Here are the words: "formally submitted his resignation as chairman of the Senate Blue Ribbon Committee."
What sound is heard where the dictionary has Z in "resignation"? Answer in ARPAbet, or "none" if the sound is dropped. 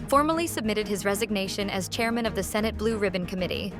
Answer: Z